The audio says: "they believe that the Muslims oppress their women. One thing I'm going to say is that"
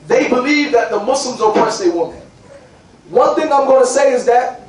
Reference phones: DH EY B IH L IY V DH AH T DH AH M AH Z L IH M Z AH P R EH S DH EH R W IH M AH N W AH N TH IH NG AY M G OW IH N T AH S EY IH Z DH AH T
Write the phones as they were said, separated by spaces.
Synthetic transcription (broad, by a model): DH EY B IH L IY V DH AH T DH AH M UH S L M Z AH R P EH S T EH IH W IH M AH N W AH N TH IH NG AY M G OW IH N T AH S EY IH Z DH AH T